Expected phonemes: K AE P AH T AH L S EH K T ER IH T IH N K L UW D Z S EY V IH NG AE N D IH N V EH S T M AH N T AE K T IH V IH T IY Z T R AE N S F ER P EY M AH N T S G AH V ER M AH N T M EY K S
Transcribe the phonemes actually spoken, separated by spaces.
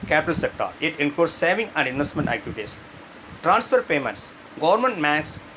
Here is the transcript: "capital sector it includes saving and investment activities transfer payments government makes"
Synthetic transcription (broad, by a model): K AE P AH T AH L S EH K T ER IH T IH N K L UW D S S EY V IH NG AE N D IH N V EH S T M AH N T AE K T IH V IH T IY S T R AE N S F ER P EY M AH N T S G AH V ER M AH N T M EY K S